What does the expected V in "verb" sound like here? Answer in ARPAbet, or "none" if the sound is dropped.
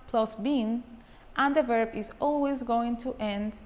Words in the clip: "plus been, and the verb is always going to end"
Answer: V